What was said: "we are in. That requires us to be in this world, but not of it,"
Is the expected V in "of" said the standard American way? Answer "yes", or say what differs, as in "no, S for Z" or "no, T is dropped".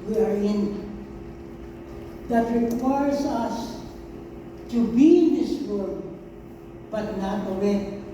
no, W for V